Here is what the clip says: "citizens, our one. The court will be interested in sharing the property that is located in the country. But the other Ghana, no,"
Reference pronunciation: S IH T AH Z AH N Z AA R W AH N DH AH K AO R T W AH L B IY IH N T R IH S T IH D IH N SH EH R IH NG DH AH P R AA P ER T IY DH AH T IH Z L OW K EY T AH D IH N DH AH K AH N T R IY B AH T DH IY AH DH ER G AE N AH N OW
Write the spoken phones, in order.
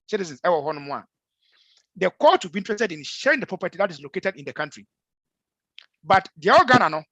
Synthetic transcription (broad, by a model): S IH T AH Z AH N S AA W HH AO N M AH K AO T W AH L B IY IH N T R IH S T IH D IH N SH EH R IH NG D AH P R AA P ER T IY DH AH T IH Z L OW K EY T AH D IH N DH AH K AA N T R IY B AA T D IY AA AO G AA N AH N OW